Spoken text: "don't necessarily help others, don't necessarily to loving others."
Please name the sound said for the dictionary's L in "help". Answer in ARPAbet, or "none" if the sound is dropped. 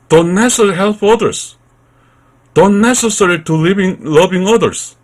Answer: L